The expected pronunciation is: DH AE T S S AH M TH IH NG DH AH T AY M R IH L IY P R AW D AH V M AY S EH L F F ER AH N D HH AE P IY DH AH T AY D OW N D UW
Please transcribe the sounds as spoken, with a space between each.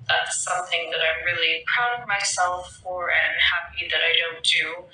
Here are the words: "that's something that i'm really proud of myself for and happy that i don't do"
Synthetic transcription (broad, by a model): DH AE T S S AH M TH IH NG DH AH T AY M R IH L IY P R AW D AH V M AY S EH L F F ER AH N HH AE P IY DH AH T AY D OW N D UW